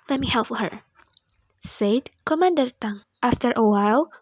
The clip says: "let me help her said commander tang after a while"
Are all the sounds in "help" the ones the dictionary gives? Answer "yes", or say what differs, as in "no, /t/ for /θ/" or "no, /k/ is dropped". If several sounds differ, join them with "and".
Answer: no, /f/ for /p/